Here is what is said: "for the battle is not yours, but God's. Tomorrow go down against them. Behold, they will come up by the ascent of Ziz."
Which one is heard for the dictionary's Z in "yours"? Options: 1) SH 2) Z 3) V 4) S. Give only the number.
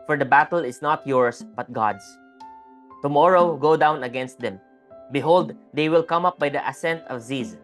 4